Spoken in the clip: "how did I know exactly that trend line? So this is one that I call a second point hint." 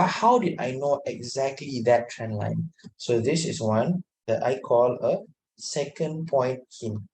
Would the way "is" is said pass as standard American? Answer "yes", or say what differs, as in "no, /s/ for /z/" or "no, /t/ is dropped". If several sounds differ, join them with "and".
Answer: no, /s/ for /z/